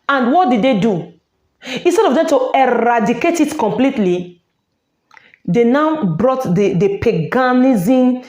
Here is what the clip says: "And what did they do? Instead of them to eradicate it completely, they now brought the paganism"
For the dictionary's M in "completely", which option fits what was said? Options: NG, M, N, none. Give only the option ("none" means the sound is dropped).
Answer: M